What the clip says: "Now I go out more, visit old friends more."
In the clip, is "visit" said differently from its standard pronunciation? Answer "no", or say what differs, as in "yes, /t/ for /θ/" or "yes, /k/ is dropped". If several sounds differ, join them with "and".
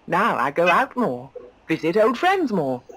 no